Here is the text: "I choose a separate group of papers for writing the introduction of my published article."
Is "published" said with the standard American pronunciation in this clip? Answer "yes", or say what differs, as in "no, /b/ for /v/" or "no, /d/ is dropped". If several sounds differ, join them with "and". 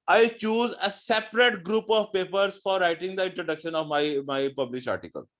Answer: no, /t/ is dropped